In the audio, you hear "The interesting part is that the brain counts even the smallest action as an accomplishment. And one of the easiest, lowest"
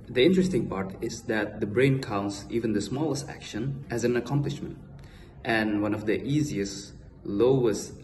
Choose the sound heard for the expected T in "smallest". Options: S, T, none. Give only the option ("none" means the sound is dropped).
T